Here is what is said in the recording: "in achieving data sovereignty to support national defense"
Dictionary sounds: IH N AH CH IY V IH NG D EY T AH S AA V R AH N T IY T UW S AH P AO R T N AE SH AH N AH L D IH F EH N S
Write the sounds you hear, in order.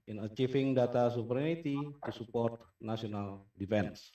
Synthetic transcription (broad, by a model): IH N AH CH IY F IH NG D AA T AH S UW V R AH N T IY T UW S AH P AO R T N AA S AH N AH L D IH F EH N S